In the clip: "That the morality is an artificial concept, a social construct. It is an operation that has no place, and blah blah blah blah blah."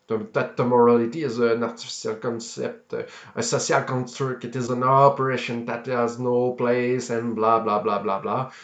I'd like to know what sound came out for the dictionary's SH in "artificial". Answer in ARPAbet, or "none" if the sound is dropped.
S